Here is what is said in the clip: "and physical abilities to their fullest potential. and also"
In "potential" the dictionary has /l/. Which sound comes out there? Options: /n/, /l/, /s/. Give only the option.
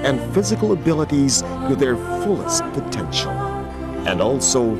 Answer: /n/